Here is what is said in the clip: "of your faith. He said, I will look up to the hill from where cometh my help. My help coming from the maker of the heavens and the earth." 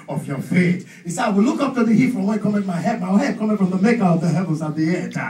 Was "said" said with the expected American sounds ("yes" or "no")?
no